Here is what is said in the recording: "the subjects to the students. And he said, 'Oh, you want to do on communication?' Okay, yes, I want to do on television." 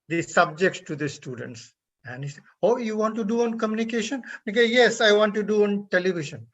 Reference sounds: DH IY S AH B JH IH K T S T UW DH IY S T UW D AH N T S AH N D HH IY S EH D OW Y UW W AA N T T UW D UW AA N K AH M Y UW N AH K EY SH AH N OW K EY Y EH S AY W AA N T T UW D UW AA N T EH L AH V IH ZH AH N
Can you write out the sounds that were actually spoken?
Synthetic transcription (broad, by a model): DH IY S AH B JH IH K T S T UW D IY S T UW D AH N T S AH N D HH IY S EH OW Y UW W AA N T T UW D UW AA N K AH M Y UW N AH K EY SH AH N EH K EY Y EH S AY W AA N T T UW D UW AA N T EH L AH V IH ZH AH N